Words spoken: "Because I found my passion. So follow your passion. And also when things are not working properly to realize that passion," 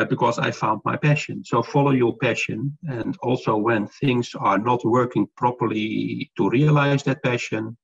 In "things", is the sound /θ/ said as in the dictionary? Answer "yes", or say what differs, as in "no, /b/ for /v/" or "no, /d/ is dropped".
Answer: yes